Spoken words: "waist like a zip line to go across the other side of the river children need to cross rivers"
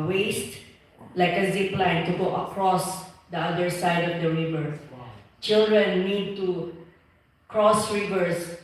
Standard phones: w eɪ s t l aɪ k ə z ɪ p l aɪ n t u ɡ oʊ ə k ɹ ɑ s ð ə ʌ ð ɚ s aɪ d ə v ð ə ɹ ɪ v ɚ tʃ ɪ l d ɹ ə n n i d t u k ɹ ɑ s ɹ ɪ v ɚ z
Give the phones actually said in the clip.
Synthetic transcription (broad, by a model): w eɪ s t l aɪ k ə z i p l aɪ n t u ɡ oʊ ə k ɹ ɑ s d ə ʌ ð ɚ s aɪ d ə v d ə ɹ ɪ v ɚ tʃ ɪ l d ɹ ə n n i d t u k ɹ ɑ s ɹ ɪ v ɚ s